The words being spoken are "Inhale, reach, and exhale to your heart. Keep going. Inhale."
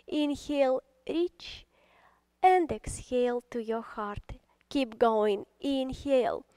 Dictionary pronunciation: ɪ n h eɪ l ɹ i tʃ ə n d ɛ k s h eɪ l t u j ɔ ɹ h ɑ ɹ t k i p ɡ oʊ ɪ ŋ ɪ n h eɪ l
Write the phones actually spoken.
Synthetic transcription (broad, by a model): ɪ n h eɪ l ɹ i tʃ ə n d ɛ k s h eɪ l t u j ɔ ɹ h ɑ ɹ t k i p ɡ oʊ ɪ ŋ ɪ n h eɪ l